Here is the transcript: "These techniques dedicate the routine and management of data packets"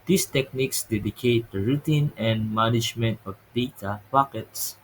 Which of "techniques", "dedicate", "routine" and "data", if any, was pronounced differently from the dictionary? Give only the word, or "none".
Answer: none